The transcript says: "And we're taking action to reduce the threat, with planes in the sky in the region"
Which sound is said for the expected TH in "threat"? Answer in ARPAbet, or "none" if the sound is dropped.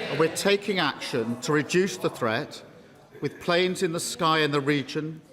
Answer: TH